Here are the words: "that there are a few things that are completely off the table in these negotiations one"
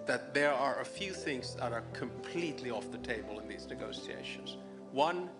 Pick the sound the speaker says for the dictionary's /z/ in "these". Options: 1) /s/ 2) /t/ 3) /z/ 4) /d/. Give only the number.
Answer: 3